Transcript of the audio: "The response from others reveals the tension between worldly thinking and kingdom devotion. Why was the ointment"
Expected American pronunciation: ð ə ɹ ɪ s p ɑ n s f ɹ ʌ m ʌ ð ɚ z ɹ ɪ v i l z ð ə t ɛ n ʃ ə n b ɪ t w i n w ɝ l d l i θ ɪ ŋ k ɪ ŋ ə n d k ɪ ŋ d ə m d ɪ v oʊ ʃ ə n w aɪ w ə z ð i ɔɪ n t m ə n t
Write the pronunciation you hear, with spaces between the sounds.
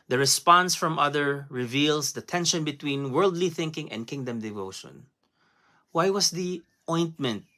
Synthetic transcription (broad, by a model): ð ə ɹ ɪ s p ɑ n s f ɹ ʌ m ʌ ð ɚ ɹ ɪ v i l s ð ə t ɛ n ʃ ə n b ɪ t w i n w ɝ l d l i θ ɪ ŋ k ɪ ŋ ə n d k ɪ ŋ d ə m d ɪ v oʊ ʃ ə n w aɪ w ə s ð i ɔɪ n t m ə n t